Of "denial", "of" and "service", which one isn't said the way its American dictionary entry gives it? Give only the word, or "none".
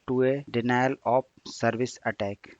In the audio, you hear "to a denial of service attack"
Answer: of